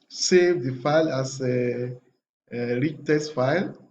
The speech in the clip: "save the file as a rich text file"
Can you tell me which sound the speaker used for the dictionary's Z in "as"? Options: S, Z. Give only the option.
S